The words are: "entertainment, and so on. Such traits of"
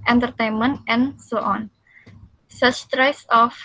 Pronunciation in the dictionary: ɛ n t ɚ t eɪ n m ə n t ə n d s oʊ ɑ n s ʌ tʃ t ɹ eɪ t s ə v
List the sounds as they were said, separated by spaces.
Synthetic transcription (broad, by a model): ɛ n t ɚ t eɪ n m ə n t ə n s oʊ ɑ n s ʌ s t ɹ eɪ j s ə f